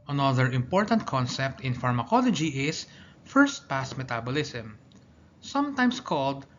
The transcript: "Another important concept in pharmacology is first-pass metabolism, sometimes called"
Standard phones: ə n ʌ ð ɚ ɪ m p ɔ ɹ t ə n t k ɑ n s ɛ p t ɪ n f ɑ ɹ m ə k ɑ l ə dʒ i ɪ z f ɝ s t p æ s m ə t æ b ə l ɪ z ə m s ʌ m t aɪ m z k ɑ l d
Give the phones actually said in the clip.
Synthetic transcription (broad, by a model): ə n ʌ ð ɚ ɪ m p ɔ ɹ t ə n t k ɑ n s ɛ p t ɪ n f ɑ ɹ m ə k ɑ l ə dʒ i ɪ s f ɝ s t p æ s m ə t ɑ b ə l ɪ s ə m s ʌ m t aɪ m s k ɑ l d